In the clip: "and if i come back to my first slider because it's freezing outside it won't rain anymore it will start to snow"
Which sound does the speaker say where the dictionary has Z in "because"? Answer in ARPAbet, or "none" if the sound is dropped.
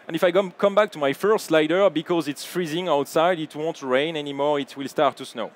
Z